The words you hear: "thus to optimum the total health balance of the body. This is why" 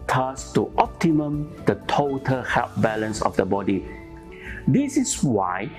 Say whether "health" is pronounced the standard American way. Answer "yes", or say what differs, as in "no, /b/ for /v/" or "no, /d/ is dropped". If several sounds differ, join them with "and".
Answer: no, /f/ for /θ/